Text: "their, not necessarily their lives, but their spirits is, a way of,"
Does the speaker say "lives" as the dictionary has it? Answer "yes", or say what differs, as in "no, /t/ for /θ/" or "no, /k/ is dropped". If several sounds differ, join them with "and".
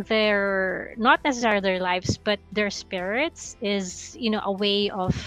no, /s/ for /z/